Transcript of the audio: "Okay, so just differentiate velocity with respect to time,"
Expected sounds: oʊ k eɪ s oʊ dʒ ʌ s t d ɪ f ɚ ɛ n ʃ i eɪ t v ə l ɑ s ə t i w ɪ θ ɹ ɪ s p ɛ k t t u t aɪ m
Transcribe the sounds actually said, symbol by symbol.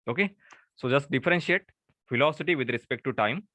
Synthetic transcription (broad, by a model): oʊ k eɪ s oʊ dʒ ʌ s t d ɪ f ɚ ɛ n ʃ i eɪ t f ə l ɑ s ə t i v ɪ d ɹ ɪ s p ɛ k t t u t aɪ m